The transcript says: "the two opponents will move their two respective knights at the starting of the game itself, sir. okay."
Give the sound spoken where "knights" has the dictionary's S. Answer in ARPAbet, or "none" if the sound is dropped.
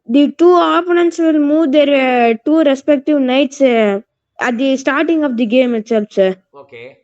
S